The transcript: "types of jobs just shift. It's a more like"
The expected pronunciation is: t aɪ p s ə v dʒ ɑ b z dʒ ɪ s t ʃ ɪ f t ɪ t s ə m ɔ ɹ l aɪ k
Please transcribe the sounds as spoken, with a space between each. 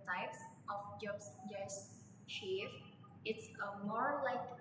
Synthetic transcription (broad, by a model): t aɪ p s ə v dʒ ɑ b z dʒ ɪ s t ʃ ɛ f ɪ t s ə m ɔ ɹ l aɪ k